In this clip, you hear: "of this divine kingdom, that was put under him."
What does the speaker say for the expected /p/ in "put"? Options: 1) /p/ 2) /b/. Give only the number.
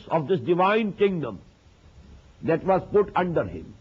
1